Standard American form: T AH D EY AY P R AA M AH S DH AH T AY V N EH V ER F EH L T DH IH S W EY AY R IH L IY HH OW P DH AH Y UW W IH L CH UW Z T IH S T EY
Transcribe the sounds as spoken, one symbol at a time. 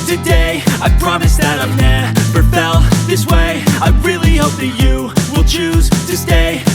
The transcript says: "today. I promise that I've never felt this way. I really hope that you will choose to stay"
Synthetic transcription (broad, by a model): T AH D EY AY P R AA M AH S DH AH T AY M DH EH P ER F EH L DH IH S W EY AY R IH L IY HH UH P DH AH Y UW W IH L CH UW Z T IH S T EY